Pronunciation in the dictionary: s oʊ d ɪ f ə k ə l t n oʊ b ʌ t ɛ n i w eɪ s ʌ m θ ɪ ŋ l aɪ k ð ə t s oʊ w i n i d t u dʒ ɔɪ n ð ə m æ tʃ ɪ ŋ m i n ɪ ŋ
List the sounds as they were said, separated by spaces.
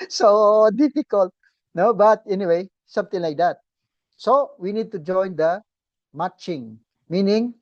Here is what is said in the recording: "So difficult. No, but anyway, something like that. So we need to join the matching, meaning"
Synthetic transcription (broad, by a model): s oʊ d ɪ f ə k ə l t n oʊ b ʌ t ɛ n i w eɪ s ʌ m t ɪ ŋ l aɪ k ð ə t s oʊ w i n i d t u dʒ ɔɪ n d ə m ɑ tʃ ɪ ŋ m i n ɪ ŋ